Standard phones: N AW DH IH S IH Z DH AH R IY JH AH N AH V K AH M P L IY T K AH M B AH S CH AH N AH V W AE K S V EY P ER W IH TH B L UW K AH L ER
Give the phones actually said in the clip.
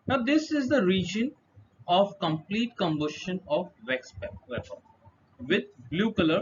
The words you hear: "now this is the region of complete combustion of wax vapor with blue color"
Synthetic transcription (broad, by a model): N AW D IH S IH Z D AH R IY JH AH N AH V K AH M P L IY T K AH M B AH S SH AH N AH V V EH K S P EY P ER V IH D B L UW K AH L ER